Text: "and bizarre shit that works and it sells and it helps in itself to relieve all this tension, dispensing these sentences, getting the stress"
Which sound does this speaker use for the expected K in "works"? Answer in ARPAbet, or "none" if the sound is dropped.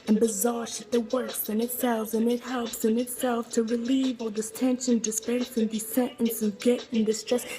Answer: none